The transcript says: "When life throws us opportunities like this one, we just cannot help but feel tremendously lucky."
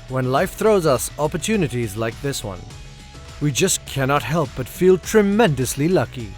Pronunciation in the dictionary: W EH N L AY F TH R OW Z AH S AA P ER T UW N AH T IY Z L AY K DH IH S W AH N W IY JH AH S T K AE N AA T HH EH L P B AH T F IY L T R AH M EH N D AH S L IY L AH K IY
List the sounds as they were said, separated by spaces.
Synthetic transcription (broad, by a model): W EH N L AY F TH R OW Z AH S AA P ER T UW N AH T IY Z L AY K DH IH S W AH N W IY JH AH S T K AE N AA T HH EH L P B AH T F IY L T R AH M EH N D AH S L IY L AH K IY